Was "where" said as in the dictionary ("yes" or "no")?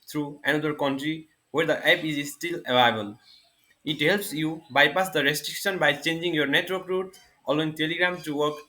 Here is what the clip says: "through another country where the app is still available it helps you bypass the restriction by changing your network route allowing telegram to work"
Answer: yes